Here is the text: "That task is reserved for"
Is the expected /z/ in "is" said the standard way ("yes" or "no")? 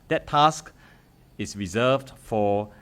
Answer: no